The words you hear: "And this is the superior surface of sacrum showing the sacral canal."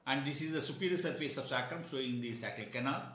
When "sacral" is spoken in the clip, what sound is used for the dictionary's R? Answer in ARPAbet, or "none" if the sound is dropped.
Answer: none